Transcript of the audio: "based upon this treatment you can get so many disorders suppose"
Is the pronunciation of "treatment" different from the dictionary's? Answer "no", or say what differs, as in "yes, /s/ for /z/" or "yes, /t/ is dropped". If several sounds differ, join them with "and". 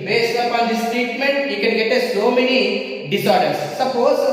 yes, /ɹ/ is dropped